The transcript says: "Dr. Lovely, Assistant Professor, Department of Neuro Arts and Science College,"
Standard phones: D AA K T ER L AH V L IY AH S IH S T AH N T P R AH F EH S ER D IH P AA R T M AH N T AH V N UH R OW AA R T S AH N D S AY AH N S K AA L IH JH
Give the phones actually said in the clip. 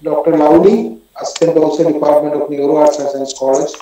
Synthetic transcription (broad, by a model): D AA K T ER L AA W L IY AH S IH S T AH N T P AH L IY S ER D IH P AA R T M AH N T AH F N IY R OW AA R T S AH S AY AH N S K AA L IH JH